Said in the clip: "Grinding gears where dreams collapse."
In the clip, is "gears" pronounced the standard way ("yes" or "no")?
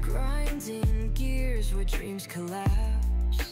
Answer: yes